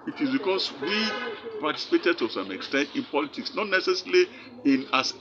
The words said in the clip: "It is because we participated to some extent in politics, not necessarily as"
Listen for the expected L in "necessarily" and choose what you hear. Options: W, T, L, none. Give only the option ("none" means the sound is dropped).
none